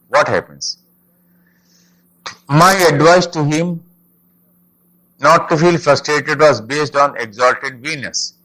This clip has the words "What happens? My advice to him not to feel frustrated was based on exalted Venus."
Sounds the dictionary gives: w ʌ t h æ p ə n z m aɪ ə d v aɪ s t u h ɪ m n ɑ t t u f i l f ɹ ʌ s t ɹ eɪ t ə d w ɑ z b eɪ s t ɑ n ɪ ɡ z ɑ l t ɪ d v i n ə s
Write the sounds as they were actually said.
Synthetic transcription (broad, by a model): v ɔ t h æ p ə n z m aɪ ə d v aɪ s t u h ɪ m n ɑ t t u f i l f ɹ ʌ s t ɹ eɪ t ə d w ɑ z b eɪ s t ɑ n ɪ ɡ z ɑ l t ɪ d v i n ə s